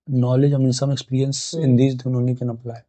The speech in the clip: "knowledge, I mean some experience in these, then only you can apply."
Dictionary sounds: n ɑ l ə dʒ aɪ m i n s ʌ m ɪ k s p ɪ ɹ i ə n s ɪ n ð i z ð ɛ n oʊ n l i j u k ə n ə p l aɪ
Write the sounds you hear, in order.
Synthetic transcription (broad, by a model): n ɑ l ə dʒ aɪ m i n s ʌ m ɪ k s p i ɹ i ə n s ɪ n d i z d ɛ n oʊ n i k ə n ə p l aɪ